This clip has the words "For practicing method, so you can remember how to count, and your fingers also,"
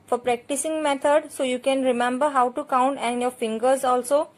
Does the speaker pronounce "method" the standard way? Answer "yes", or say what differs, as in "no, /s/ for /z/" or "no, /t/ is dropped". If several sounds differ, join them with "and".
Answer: no, /t/ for /θ/